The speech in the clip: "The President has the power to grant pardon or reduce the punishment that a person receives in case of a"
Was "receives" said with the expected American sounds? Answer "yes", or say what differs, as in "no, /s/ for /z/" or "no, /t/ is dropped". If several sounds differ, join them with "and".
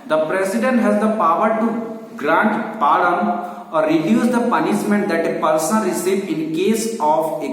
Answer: no, /z/ is dropped